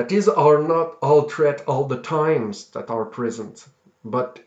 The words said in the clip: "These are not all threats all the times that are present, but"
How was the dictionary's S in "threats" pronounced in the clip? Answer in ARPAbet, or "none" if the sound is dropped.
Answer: none